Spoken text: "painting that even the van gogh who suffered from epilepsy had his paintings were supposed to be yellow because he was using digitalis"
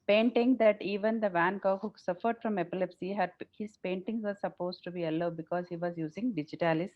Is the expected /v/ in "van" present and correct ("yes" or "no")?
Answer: yes